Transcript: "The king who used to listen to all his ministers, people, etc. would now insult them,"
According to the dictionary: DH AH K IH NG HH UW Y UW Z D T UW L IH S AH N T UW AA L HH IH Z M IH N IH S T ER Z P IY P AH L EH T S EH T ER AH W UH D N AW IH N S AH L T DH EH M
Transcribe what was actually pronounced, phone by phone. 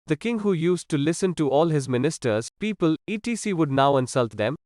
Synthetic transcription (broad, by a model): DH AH K IH NG HH UW Y UW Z T UW L IH S AH N T UW AA L HH IH Z M IH N IH S T ER Z P IY P AH L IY T IY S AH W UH D N AW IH N S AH L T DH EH M